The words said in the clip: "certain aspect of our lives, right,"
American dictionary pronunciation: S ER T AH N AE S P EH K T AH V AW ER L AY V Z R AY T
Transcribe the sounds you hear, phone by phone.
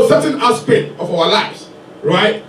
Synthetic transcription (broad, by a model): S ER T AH N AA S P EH T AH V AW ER L AY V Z R AY T